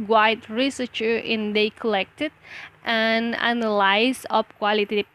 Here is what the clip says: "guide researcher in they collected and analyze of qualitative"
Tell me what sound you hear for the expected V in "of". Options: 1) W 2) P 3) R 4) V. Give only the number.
2